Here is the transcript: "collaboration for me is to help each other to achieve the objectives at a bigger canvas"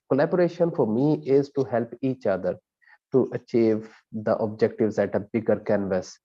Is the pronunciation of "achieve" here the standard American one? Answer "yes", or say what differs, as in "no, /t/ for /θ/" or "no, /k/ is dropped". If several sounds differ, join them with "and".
yes